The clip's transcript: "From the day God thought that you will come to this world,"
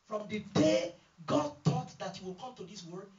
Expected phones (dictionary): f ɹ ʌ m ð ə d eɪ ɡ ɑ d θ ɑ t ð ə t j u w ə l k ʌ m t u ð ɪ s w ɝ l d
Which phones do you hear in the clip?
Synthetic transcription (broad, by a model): f ɹ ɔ m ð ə d eɪ ɡ ɑ d t ɑ t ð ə t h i w ə l k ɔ m t u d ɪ s w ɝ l